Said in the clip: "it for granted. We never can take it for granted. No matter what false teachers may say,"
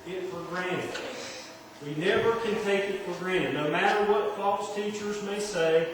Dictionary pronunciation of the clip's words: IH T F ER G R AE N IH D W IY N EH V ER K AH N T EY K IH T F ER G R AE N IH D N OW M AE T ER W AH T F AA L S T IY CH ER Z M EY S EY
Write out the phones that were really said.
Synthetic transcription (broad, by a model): IH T F ER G R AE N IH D W IY N EH V ER K AH N T EY K IH T F ER G R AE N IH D N OW M AE T ER W AH T F AA L S T IY CH ER Z M EY S EY